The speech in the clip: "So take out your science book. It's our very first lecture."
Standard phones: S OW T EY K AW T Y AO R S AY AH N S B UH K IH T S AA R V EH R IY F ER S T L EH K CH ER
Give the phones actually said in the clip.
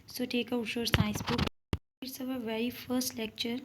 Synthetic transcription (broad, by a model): S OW T EY K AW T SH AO R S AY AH S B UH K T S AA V V EH R IY F ER S T L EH K CH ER